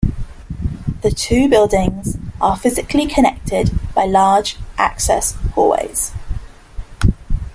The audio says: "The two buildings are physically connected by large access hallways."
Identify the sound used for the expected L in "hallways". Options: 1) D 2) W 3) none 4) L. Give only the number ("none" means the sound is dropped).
3